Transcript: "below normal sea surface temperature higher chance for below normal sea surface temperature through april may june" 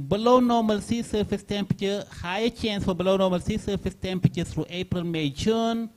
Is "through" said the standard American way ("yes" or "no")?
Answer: no